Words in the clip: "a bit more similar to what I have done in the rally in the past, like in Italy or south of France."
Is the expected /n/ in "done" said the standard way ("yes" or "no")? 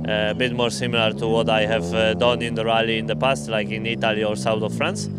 yes